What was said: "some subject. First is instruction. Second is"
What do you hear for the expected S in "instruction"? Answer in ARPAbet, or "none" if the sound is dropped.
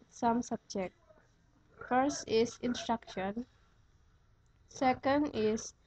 S